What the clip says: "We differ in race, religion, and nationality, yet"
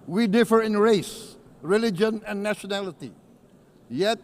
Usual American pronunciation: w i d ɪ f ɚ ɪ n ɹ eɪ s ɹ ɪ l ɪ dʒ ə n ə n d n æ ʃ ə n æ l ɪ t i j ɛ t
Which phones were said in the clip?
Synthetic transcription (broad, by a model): w i d ɪ f ɚ ɪ n ɹ eɪ s ɹ ɪ l ɪ dʒ ə n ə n n æ ʃ ə n æ l ɪ t i j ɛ t